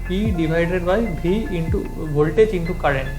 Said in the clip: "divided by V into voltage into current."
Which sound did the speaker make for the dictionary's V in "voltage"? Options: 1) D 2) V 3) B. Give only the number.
3